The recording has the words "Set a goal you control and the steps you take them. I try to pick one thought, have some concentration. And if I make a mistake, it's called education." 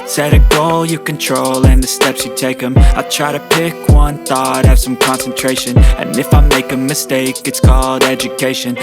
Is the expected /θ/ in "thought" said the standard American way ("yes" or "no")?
yes